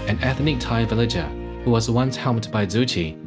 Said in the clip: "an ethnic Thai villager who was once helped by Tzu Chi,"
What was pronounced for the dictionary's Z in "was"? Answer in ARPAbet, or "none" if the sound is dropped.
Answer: Z